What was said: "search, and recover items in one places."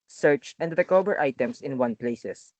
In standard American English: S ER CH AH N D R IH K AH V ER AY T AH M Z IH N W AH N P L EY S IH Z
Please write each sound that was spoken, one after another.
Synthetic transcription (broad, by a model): S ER CH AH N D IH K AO B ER AY T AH M S IH N W AH N P L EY S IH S